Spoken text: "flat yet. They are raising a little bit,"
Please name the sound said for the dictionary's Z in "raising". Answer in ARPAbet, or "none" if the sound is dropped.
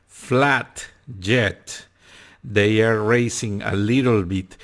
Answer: S